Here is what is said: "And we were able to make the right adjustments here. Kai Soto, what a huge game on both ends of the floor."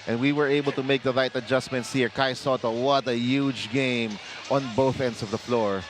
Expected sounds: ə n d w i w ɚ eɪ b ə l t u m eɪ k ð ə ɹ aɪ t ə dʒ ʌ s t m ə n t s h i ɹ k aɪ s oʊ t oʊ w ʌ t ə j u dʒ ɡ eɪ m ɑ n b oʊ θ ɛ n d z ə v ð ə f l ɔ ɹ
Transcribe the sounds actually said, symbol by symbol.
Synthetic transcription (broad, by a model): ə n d w i w ɚ eɪ b ə l t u m eɪ k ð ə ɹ aɪ t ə dʒ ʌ s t m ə n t s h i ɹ k aɪ s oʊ t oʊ w ʌ t ə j u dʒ ɡ eɪ m ɑ n b oʊ θ ɛ n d s ə v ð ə f l ɔ ɹ